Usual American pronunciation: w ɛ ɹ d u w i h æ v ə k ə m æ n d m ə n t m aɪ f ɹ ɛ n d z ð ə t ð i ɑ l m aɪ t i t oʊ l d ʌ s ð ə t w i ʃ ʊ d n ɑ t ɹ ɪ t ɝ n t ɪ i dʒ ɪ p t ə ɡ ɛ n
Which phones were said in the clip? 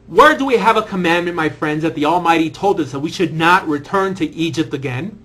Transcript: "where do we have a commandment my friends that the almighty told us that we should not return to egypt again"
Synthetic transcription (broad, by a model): w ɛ ɹ d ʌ w i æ v ə k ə m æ n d m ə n m aɪ f ɹ ɛ n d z ð ə t ð i ɑ l m aɪ t i t oʊ l d ʌ s ð ə t w i ʃ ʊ d n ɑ t ɹ ɪ t ɝ n t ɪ i dʒ ɪ p t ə ɡ ɛ n